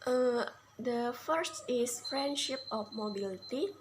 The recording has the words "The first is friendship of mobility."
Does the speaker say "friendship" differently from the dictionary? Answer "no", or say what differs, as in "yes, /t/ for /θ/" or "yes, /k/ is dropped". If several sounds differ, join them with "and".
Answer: no